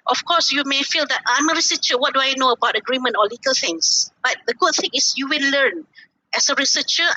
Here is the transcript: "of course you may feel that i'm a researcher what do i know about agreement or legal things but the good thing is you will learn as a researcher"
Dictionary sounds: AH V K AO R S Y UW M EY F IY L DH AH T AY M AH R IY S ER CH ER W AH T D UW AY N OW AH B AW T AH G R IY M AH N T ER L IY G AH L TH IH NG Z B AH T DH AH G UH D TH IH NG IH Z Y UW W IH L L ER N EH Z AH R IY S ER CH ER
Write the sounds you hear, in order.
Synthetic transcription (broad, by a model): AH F K AO S Y UW M EY F IY L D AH T AY M AH R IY S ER CH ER W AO T D UW AY N OW AH B AW T AH G R IY M AH N T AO L IY G AH L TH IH NG S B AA T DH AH G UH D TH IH NG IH S Y UW W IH N L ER N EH S AH R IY S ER CH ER